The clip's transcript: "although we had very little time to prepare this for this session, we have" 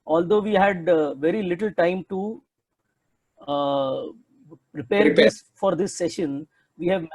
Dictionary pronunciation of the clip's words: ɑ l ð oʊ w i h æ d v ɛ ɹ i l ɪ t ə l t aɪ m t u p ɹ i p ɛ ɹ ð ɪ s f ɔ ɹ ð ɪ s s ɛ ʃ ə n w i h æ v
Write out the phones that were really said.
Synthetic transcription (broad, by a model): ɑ l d oʊ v i h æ d v ɛ ɹ i l ɪ t ə l t aɪ m t u p ɹ i p ɛ ɹ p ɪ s f ɔ ɹ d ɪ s s ɛ ʃ ə n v i h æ v